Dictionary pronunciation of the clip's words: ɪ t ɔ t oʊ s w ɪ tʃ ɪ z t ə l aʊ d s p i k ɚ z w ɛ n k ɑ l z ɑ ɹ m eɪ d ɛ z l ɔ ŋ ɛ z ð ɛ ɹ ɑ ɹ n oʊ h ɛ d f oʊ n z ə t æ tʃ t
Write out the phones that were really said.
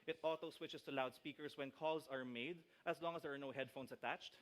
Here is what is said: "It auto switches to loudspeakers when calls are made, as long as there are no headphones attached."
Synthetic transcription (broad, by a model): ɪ t ɔ t oʊ s w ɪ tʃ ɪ s t ə l aʊ d s p i k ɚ s w ɛ n k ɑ l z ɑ ɹ m eɪ d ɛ s l ɔ ŋ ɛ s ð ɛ ɹ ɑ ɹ n oʊ h ɛ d f oʊ n s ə t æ tʃ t